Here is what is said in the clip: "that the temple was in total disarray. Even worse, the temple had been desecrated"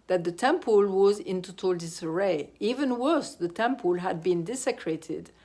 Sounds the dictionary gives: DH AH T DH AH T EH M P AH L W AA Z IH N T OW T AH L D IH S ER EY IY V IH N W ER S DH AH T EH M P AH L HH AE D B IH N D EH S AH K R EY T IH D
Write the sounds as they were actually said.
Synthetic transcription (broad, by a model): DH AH T DH AH T EH M P AH L W AA Z IH N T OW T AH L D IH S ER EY IY V IH N W ER S DH AH T EH M P AH L HH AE D B IH N D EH S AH K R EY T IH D